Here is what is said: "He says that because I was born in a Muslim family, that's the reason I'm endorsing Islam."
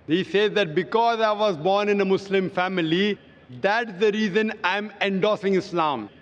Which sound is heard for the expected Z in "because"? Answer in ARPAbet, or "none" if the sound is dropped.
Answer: Z